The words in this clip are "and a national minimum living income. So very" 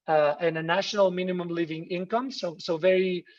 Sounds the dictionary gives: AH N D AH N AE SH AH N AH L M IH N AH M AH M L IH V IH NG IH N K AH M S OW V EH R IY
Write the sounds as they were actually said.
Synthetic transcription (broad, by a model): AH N AH N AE SH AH N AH L M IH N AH M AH M L IH V IH NG IH N K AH M S OW V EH R IY